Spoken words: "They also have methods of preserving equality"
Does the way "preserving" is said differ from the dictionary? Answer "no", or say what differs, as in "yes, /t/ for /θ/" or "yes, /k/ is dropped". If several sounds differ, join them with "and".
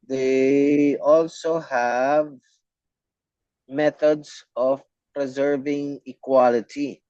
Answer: no